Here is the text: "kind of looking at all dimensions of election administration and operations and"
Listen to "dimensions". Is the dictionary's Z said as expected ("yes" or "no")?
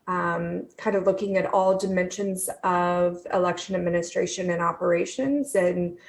yes